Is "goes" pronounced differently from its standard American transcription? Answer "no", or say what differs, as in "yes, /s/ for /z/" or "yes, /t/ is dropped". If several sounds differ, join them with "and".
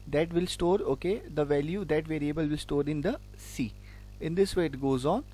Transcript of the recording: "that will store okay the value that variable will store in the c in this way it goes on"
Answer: no